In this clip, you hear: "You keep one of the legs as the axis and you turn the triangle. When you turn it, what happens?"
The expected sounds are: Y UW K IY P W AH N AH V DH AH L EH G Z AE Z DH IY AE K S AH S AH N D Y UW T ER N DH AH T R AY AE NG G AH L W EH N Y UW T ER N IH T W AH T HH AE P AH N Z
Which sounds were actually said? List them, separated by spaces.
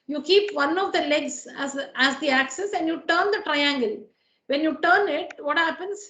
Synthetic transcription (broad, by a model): Y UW K IY P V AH N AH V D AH L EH G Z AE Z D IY AE K S AH S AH N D Y UW T ER N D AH T R AY AE NG G AH L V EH N Y UW T ER N IH T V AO T HH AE P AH N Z